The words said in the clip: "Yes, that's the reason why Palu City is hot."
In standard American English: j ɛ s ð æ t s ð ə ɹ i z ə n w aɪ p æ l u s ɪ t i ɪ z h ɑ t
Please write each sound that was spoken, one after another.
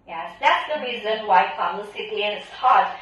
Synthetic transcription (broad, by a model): j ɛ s ð æ t s ð ə ɹ i z ə n w aɪ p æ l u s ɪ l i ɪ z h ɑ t